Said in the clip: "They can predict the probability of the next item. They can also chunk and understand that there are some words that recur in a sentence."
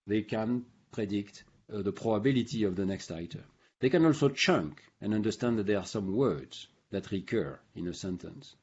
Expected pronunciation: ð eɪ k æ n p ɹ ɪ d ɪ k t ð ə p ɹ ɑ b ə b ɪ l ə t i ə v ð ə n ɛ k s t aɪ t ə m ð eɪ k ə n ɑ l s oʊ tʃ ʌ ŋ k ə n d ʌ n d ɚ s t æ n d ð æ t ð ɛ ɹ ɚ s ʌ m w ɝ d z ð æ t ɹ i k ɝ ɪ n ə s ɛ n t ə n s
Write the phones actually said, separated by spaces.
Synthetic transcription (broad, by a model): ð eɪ k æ n p ɹ ɪ d ɪ k t ð ə p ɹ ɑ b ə b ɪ l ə t i ə v ð ə n ɛ k s t aɪ t ə m ð eɪ k ə n ɑ l s oʊ tʃ ʌ ŋ k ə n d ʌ n d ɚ s t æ n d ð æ t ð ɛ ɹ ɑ s ʌ m w ɝ d z ð æ t ɹ i k ɝ ɪ n ə s ɛ n t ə n s